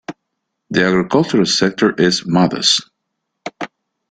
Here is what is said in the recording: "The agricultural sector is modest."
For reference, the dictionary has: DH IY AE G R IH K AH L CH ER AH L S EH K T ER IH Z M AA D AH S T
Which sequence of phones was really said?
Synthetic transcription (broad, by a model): DH IY AE G R IH K AH L CH ER AH L S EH K T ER IH Z M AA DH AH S